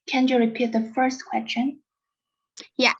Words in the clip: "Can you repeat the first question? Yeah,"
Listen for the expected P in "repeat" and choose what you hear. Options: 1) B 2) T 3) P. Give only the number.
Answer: 3